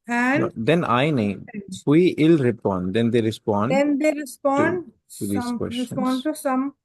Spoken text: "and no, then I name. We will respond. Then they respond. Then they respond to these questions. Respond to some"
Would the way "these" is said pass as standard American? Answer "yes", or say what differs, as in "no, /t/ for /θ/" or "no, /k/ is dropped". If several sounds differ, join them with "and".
no, /z/ is dropped